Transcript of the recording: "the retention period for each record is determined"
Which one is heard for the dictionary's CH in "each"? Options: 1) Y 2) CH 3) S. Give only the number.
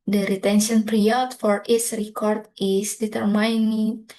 3